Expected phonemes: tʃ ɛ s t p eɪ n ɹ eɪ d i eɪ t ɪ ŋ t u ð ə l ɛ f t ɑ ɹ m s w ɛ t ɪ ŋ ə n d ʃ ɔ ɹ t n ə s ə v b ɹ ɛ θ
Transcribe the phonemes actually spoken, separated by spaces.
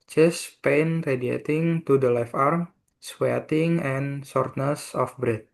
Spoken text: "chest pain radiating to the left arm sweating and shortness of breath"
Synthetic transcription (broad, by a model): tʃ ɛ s p eɪ n ɹ eɪ d i eɪ t ɪ ŋ t u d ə l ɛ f ɑ ɹ m s w ɛ t ɪ ŋ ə n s ɔ ɹ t n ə s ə f b ɹ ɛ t